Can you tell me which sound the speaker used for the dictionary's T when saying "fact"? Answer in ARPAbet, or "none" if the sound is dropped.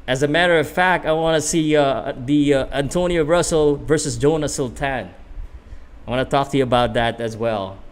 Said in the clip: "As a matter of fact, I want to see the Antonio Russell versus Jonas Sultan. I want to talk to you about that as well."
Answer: T